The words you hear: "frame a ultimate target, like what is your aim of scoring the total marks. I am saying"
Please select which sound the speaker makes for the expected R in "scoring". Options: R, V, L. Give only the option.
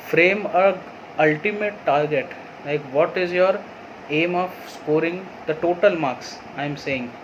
R